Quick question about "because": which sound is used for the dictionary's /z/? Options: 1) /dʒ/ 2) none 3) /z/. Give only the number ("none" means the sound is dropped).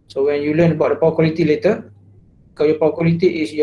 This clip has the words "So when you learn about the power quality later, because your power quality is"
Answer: 2